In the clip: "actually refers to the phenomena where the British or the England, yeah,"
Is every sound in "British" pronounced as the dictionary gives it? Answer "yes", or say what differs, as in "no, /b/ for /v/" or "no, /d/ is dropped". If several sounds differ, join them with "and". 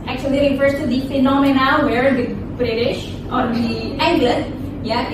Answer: yes